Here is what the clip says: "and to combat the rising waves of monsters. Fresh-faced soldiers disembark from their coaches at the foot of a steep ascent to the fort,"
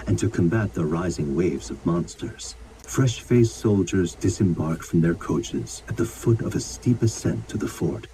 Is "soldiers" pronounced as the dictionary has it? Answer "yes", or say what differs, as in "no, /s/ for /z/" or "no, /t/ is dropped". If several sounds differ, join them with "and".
yes